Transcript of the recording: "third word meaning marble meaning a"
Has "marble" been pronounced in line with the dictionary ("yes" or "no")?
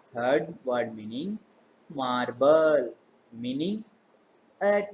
yes